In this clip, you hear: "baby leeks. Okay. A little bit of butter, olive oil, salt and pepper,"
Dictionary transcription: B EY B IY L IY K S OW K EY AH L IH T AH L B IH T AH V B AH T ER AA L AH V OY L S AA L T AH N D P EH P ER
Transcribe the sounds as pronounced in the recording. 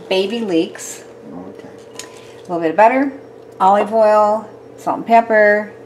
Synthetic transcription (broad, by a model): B EY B IY L IY K S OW AH L IH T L B IH T AH V B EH T ER AA L AH V OY L S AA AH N P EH P ER